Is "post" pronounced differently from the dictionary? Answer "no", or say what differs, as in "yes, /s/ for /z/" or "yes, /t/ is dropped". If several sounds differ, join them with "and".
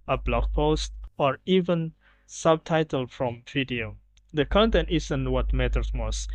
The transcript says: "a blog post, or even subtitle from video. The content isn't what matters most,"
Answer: no